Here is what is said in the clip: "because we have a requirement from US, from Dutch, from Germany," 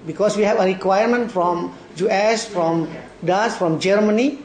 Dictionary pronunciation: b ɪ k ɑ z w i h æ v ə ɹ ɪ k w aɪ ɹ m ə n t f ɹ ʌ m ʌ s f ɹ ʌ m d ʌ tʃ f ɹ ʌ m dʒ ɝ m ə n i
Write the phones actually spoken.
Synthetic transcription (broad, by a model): b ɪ k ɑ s w i h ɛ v ə ɹ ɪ k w aɪ ɹ m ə n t f ɹ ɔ m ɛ s f ɹ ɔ m d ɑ s f ɹ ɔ m dʒ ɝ m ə n i